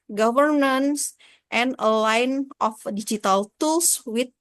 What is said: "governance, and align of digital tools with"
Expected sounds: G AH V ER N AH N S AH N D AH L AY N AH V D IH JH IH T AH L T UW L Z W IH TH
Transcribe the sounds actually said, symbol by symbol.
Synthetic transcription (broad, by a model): G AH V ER N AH N S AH N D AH L AY N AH F D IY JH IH T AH L T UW L S W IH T